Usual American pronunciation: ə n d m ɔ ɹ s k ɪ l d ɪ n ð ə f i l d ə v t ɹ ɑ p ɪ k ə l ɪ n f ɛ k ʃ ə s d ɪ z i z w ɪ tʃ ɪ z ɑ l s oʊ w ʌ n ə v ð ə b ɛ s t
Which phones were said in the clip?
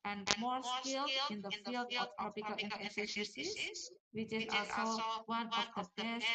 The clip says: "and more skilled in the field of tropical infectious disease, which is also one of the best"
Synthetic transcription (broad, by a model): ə n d m ɔ ɹ s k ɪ l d ɪ n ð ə f i l d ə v t ɹ ɑ p ɪ k ə l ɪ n ɛ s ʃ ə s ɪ s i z w ɪ tʃ ɪ z ɑ l s oʊ w ʌ n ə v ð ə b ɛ s